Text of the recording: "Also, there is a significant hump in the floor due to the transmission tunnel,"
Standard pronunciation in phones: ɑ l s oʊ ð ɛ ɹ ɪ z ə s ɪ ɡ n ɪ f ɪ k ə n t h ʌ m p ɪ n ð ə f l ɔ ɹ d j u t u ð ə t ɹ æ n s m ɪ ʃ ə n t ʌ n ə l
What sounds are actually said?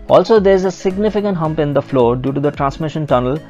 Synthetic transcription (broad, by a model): ɑ l s oʊ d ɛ ɹ ɪ z ə s ɪ ɡ n ɪ f ɪ k ə n t h ʌ m p ɪ n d ə f l ɔ ɹ d j u t u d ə t ɹ æ n s m ɪ ʃ ə n t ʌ n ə l